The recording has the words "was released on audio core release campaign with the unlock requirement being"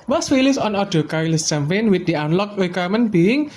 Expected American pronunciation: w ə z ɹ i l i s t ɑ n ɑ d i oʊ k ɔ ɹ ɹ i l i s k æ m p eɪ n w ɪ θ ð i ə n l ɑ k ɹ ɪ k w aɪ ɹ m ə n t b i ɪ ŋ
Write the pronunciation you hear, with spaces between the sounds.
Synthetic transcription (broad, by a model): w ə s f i l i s ɑ n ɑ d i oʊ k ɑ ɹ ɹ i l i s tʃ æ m f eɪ n w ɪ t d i ə n l ɑ k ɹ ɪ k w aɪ m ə n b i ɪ ŋ